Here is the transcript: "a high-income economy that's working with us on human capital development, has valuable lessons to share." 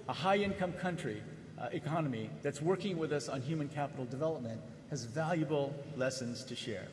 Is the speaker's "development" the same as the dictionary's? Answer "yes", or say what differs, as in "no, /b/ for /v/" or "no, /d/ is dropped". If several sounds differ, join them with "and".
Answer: yes